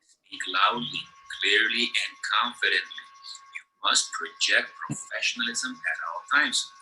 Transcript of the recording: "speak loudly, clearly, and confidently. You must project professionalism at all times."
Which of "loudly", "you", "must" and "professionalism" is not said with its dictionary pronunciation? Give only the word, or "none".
none